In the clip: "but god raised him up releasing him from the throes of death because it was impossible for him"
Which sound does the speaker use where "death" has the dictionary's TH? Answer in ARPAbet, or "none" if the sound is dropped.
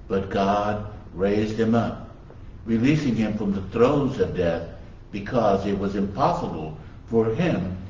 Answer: TH